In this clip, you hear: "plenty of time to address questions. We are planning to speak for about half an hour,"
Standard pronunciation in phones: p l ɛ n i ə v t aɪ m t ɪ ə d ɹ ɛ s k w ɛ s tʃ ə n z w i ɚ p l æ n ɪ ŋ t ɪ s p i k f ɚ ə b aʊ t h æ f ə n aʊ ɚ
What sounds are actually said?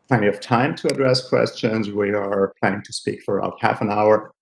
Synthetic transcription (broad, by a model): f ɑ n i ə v t aɪ m t ɪ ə d ɹ ɛ s k w ɛ s tʃ ə n z w i ɚ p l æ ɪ ɪ ŋ t ɪ s p i k f ɚ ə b aʊ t h æ f ə n aʊ ɚ